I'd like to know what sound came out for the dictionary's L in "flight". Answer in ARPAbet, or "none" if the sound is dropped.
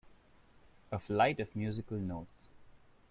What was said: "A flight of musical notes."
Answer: L